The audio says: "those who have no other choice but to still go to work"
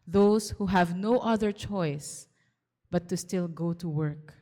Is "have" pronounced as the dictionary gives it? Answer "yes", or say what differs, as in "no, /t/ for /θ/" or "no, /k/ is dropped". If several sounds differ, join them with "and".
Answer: yes